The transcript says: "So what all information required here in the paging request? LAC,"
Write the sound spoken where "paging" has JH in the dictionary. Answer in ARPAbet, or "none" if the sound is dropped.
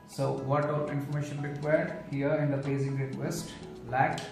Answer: Z